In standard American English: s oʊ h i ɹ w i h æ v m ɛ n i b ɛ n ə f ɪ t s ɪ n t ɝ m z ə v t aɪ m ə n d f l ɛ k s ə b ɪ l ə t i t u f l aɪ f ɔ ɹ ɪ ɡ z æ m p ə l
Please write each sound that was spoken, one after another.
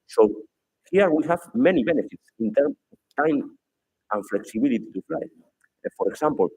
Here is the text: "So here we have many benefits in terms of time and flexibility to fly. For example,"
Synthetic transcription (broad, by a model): s oʊ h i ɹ w i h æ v m ɛ n i b ɛ n ə f ɪ t s ɪ n t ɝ m ə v t aɪ m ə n f l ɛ k s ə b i l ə t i t u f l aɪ f ɔ ɹ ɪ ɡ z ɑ m p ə l